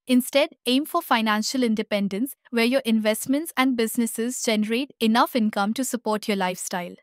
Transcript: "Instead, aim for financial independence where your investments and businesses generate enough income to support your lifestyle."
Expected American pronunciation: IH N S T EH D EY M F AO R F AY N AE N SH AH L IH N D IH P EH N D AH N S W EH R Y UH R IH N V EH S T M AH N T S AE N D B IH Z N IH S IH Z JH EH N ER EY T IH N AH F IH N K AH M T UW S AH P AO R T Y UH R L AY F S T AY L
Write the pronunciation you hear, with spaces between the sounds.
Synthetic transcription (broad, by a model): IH N S T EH D EY M F AO R F AY N AE N SH AH L IH N D IH P EH N D AH N S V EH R Y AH R IH N V EH S T M AH N T S AE N D B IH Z N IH S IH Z JH EH N ER EY T IH N AH F IH N K AH M T UW S AH P AO R T Y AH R L AY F S T AY L